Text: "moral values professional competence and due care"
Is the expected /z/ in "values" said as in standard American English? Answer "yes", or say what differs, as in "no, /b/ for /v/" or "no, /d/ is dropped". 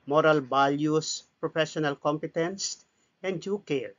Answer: no, /s/ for /z/